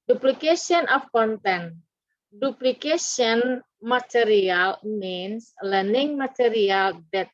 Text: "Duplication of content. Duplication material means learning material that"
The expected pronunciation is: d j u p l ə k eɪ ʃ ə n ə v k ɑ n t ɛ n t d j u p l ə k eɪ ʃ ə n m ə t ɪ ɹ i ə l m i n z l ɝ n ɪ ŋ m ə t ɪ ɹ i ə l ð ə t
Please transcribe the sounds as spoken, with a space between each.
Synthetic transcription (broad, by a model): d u p l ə k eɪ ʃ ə n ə f k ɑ n t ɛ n d u p l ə k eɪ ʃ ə n m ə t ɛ ɹ i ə l m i n s l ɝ n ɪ ŋ m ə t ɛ ɹ i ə l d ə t